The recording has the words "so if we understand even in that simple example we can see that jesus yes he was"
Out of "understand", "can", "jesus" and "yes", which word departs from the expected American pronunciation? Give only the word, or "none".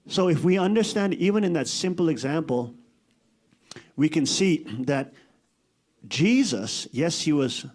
none